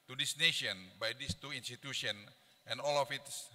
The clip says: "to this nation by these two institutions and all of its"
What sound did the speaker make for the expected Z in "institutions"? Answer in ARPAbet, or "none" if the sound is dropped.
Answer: none